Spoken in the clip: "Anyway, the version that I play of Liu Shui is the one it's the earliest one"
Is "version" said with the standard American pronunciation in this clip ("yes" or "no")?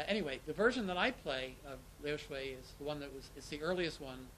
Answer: yes